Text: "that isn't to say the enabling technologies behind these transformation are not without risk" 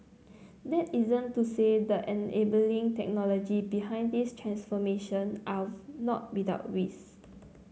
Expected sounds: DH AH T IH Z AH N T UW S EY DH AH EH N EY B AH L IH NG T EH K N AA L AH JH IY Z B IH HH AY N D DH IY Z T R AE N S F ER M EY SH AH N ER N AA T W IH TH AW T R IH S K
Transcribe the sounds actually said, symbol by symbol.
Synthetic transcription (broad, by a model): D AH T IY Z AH N T UW S EY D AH EH N EY B AH L IH NG T EH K N AA L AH JH IY B IH HH AY N D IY S T R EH N S F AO M EY SH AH N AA N AA T W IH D AW T W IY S